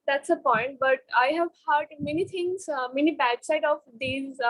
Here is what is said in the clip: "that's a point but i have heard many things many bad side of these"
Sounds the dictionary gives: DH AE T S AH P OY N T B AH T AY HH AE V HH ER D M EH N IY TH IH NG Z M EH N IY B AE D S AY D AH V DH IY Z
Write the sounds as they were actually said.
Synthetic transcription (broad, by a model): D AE T S AH P OY N T B AH T AY HH AE V HH ER D M EH N IY T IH NG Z M EH N IY B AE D S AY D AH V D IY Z